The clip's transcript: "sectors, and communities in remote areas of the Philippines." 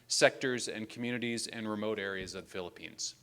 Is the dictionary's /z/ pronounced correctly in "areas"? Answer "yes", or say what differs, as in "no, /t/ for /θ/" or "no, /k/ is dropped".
yes